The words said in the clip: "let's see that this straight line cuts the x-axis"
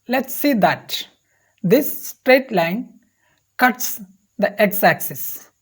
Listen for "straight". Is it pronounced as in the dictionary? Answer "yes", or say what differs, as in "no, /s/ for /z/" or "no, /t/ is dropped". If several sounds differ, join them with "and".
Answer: yes